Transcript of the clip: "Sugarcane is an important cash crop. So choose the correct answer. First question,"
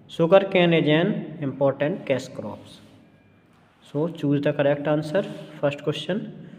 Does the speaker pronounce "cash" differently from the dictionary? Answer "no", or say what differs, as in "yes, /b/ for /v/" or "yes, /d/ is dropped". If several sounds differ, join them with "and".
yes, /s/ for /ʃ/